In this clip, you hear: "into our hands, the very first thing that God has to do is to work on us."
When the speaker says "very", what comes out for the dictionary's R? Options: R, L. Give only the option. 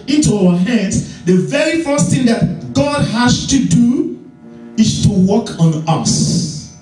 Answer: R